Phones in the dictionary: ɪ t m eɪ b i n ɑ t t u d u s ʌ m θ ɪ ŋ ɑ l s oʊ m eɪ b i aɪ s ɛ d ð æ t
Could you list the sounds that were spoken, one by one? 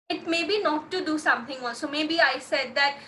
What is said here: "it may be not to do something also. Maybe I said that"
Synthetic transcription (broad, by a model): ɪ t m eɪ b i n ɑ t t u d u s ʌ m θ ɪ ŋ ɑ s oʊ m eɪ b i aɪ s ɛ d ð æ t